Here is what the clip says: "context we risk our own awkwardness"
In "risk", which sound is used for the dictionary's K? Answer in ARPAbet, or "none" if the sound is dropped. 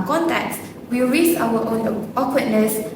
none